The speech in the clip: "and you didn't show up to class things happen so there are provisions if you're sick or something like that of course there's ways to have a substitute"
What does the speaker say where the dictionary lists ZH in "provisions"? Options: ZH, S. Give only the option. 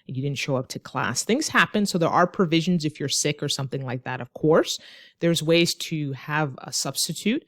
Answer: ZH